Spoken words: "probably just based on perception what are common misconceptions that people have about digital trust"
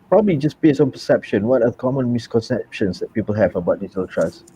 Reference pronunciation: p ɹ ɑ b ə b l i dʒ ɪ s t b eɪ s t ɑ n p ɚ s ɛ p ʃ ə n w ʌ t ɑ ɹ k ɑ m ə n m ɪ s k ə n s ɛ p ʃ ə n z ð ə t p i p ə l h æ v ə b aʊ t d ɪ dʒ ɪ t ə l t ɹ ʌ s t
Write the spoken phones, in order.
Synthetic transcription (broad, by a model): p ɹ ɑ b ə b l i dʒ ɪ s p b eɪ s ɑ n p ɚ s ɛ p ʃ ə n w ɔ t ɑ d k ɑ m ə n m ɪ s k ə n s ɛ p ʃ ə n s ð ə t p i p ə l h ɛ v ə b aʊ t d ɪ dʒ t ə l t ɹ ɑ s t